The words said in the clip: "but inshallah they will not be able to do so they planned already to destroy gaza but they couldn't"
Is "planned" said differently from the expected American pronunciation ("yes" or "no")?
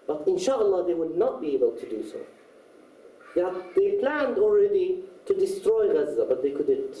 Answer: no